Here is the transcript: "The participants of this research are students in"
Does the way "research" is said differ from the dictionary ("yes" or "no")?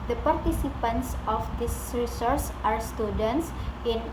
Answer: yes